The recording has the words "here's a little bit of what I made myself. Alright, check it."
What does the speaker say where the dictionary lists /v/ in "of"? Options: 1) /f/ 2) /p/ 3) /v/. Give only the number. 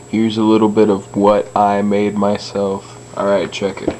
3